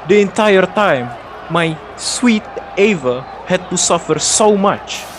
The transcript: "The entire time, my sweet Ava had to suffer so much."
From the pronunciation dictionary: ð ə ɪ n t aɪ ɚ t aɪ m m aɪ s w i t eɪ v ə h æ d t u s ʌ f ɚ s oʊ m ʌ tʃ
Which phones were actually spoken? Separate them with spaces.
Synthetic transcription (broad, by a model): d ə ɪ n t aɪ ɚ t aɪ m m aɪ s w i t eɪ v ə h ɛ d t u s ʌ f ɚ s oʊ m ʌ tʃ